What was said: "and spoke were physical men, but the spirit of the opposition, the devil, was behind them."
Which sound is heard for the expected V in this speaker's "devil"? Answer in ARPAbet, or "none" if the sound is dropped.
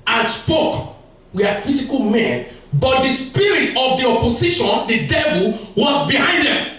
V